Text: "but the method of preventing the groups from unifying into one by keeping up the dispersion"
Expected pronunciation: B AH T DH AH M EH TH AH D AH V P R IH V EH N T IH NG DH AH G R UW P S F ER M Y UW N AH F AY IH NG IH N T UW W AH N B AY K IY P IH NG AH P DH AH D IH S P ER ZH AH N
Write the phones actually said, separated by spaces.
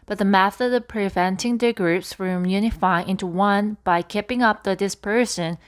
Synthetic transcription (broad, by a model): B AH T DH AH M EH TH AH D AH V P R IH V EH N T IH NG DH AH G R UW P S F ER M Y UW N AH F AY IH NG IH N T UW W AH N B AY K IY P IH NG AH P DH AH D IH S P ER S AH N